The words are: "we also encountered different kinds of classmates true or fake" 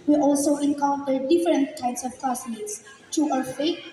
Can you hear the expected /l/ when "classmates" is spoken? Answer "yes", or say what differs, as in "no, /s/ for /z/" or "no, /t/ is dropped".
no, /l/ is dropped